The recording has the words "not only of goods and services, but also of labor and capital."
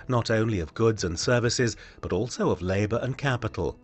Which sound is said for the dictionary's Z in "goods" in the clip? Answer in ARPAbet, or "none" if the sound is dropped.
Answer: Z